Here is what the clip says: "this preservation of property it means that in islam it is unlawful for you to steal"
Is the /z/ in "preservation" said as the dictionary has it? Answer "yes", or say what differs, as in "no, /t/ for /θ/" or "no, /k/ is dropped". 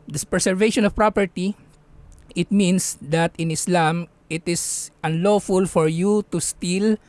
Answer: no, /s/ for /z/